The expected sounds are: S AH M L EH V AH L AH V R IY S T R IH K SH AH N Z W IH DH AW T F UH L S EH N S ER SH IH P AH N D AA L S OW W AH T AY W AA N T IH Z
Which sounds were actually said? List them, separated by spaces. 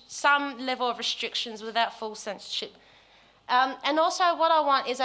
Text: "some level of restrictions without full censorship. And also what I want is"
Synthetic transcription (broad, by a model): S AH M L EH V AH L AH V R IY S T R IH K SH AH N Z W IH DH AW T F UH L S EH N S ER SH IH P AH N AA L S OW W AH T AY W AA N T IH Z